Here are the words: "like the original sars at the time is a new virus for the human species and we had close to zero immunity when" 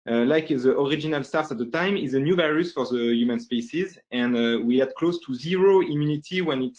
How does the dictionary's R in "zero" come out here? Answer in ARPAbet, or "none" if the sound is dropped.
R